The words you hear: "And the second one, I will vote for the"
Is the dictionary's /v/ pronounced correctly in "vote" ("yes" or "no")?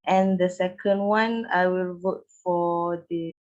yes